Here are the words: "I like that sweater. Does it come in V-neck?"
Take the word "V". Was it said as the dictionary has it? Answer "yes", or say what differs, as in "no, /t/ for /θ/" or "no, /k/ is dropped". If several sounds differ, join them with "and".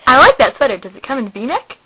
no, /b/ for /v/